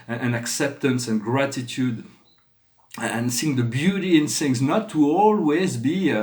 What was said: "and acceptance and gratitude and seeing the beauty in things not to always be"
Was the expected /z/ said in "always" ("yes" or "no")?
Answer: yes